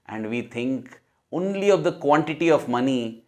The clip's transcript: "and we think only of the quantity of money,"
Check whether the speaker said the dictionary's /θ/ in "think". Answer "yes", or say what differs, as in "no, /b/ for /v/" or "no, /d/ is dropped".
no, /t/ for /θ/